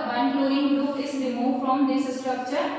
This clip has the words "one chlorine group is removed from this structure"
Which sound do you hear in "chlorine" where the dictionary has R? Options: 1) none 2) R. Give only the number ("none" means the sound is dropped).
1